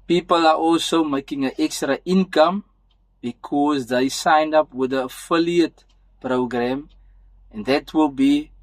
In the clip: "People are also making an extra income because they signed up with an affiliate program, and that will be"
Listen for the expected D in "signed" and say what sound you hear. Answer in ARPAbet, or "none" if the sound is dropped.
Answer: D